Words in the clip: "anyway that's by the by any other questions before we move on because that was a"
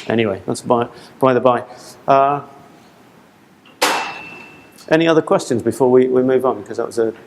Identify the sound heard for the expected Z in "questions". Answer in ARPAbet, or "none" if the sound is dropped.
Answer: Z